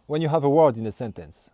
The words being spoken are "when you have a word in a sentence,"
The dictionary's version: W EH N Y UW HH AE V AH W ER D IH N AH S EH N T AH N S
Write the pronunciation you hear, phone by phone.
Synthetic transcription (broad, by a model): W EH N Y UW HH AE V AH W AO D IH N AH S EH N T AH N S